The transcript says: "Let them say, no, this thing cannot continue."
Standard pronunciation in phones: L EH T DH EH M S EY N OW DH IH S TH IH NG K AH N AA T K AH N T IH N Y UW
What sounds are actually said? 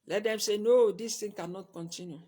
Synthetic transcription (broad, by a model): L EH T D EH M S EY N OW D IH S T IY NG K AH N AA T K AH N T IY N Y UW